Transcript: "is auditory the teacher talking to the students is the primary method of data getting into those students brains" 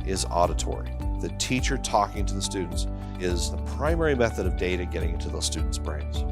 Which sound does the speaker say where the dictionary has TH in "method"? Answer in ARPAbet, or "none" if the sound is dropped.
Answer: TH